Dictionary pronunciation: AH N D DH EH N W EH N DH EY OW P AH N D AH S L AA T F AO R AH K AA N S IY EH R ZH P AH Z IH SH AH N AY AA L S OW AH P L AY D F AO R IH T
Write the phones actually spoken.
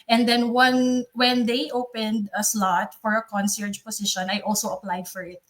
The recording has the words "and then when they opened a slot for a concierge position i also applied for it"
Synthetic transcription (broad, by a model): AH N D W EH N W EH N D EY OW P AH N D AH S L AA T F AO R AH K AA N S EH R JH P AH S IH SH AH N AY AA L S OW AH P L AY D F AO R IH T